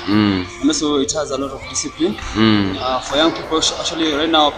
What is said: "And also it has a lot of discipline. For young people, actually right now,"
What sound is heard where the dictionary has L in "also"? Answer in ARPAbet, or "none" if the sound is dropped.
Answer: none